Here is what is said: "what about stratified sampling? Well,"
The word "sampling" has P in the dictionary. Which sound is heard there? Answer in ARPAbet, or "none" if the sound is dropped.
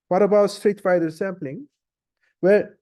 P